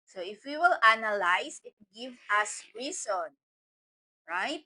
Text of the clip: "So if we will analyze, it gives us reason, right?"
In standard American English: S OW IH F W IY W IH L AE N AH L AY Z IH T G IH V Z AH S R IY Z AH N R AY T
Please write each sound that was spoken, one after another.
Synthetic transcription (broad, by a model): S OW IH F W IY W IH L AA N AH L AY S IH T G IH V AH S R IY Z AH N R AY T